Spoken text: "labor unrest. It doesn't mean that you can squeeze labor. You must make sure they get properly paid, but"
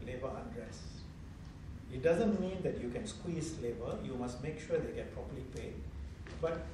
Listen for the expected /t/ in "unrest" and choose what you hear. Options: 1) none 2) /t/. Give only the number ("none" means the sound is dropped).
1